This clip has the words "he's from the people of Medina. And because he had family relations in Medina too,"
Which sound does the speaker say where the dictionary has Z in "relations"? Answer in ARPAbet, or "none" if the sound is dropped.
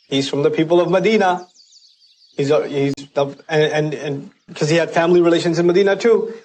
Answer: Z